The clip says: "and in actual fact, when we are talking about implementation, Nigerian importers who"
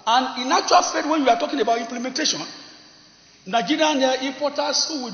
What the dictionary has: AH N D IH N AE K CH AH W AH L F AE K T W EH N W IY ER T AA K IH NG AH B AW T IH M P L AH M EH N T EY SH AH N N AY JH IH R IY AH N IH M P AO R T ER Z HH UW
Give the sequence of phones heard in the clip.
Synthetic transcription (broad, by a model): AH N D IH N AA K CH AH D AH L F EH T W EH N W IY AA T AA K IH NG AH B AW T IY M P L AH M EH N T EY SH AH N N AY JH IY R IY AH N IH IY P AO T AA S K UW